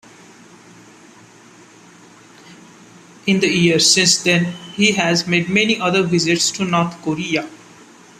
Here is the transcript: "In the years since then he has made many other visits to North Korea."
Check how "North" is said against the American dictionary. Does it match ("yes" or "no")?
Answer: no